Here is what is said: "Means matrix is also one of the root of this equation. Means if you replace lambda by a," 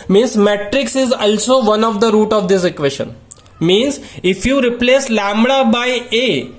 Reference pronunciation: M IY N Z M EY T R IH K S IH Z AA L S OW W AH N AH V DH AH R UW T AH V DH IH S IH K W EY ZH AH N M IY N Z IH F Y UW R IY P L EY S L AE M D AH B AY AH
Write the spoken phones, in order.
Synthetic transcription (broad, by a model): M IY N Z M EY T R IH K S IH Z AA L S OW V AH N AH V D AH R UW T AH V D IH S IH K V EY SH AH N M IY N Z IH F Y UW R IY P L EY S L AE M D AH B AY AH